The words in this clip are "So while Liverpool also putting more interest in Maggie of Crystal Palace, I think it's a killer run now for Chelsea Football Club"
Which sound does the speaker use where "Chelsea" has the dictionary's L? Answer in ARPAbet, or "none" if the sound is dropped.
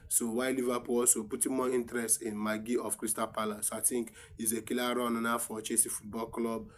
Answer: none